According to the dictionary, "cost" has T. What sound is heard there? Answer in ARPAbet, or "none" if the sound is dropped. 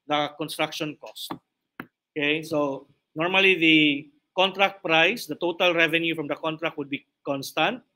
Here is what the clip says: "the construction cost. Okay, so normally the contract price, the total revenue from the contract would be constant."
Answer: T